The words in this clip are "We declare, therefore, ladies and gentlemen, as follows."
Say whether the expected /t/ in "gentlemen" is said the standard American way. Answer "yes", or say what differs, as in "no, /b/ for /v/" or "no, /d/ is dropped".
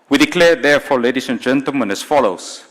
yes